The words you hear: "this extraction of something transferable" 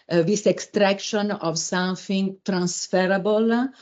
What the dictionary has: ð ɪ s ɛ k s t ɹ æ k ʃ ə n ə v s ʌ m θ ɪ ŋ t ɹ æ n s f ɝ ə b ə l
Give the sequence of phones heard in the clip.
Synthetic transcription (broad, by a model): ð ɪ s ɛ k s t ɹ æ k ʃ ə n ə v s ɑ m f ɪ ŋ t ɹ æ n s f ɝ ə b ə l